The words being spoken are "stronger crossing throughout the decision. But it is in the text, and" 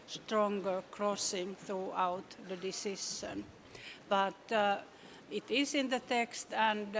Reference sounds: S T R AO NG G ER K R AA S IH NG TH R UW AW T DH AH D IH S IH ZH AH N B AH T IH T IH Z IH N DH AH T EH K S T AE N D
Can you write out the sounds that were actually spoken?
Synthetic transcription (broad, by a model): S T R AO NG G ER K R AA S IH NG TH R UW AW T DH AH D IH S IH SH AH N B AH T IH T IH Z IH N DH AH T EH K S T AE N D